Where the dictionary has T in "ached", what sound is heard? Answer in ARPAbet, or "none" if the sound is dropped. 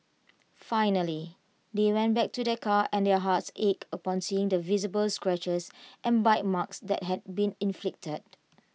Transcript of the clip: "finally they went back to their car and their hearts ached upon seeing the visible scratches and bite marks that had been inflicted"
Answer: none